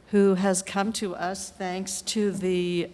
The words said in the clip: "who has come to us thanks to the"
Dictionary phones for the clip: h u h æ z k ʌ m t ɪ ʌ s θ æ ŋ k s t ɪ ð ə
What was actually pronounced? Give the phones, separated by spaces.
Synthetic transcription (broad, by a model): h u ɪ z k ʌ m t ɪ ʌ s θ æ ŋ k s t ɪ ð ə